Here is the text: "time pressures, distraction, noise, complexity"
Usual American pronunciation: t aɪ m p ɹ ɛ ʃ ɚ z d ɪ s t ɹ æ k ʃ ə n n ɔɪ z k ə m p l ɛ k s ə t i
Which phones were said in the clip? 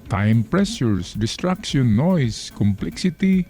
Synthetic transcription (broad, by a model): t aɪ m p ɹ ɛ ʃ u s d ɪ s t ɹ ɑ k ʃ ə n n ɔɪ s k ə m p l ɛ k s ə t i